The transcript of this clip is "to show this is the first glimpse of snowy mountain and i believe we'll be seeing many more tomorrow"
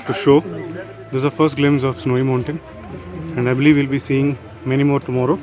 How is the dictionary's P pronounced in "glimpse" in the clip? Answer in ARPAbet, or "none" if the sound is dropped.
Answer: none